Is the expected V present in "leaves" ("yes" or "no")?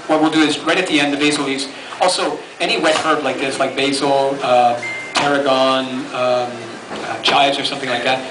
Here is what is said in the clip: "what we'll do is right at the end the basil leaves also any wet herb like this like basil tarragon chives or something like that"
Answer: no